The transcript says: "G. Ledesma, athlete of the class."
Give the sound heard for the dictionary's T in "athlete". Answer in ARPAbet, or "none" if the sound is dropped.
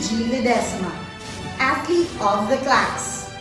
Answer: none